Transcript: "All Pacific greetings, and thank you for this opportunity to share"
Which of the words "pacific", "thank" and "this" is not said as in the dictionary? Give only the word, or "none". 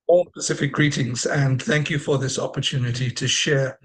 none